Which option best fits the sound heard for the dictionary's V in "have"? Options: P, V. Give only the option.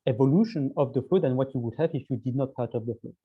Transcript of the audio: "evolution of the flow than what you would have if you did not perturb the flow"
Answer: V